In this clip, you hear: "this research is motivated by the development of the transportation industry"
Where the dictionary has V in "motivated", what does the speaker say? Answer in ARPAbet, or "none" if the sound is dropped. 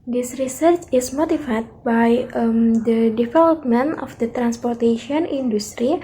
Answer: F